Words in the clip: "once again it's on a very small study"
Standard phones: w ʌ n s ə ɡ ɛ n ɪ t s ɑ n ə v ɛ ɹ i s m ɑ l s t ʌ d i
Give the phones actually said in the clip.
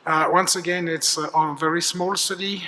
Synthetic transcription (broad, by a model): w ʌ n s ə ɡ ɛ n ɪ t s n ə v ɛ ɹ i s m ɑ l s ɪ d i